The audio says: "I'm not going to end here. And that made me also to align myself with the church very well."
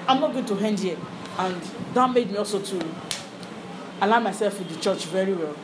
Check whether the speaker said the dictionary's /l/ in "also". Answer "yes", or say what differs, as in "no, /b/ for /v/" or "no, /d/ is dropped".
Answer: yes